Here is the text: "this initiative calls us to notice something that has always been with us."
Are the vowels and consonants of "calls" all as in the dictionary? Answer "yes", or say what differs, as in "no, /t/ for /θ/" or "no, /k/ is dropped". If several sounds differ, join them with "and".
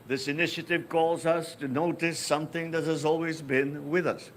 yes